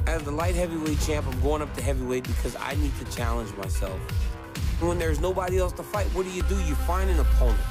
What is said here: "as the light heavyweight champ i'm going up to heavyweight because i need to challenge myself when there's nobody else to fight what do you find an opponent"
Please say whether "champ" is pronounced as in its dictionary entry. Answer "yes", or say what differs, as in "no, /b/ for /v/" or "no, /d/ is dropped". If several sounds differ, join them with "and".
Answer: yes